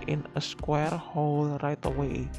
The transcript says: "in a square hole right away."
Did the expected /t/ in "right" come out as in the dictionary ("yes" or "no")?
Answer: yes